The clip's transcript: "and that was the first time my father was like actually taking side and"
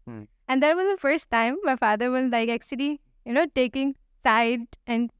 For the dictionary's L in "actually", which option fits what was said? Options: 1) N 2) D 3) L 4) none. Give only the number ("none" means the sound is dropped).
1